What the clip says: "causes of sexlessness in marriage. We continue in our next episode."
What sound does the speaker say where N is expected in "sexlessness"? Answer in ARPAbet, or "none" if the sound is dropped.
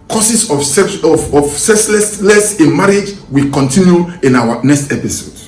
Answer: L